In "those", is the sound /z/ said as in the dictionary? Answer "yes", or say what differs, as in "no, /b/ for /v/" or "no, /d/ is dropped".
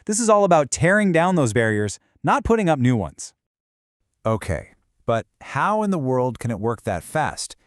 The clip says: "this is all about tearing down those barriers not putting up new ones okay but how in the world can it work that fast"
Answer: yes